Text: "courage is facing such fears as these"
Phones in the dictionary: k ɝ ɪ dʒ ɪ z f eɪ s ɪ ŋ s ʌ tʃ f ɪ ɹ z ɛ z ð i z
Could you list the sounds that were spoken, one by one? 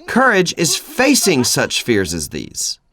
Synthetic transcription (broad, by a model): k ɝ ɪ dʒ ɪ z f eɪ s ɪ ŋ s ʌ tʃ f ɪ ɹ z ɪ z ð i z